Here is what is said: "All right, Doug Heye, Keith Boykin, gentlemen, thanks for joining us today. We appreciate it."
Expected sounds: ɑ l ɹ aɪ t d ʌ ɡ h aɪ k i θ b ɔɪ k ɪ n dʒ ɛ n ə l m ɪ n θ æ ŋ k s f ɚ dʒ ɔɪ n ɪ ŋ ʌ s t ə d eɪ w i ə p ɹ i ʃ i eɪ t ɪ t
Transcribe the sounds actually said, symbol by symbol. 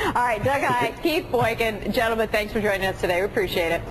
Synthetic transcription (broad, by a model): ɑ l ɹ aɪ t d ʌ ɡ aɪ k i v b ɔɪ k ɪ n dʒ ɛ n l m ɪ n θ æ ŋ k s f ɚ dʒ ɔɪ n ɪ ŋ ʌ s t ə d eɪ w i ə p ɹ i ʃ i eɪ t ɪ t